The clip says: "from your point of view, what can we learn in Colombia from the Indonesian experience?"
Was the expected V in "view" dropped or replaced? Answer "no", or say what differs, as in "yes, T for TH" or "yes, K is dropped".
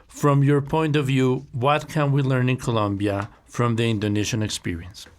no